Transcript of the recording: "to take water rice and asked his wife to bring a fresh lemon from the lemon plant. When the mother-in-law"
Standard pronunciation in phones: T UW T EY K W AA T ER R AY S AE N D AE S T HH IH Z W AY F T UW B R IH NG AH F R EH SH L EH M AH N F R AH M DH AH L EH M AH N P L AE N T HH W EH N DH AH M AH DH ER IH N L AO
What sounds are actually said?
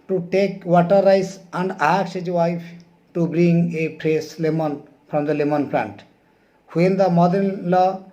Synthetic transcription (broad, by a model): T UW T EY K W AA T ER R AY S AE N D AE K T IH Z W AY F T UW B R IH NG AH P R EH S L EH M AH N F R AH M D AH L EH M AH N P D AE N T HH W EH N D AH M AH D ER IH N L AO